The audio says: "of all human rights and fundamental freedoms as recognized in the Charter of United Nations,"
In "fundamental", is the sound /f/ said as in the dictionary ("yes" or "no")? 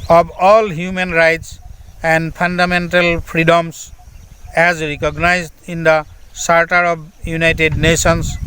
no